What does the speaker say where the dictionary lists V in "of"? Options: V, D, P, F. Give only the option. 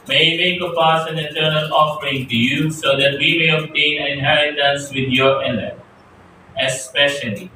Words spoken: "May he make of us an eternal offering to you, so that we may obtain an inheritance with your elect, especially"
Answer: P